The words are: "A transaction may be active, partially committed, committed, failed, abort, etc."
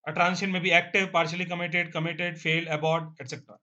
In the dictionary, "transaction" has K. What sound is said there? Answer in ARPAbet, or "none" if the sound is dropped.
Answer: none